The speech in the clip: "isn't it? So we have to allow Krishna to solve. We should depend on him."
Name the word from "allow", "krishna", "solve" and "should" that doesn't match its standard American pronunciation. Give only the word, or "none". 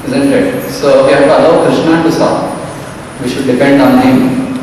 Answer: solve